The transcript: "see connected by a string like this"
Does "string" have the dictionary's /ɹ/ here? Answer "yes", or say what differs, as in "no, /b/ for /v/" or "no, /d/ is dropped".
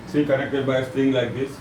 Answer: no, /ɹ/ is dropped